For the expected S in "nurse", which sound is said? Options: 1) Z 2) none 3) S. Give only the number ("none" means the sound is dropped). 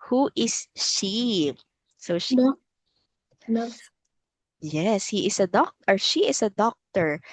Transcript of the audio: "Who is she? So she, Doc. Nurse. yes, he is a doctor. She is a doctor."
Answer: 2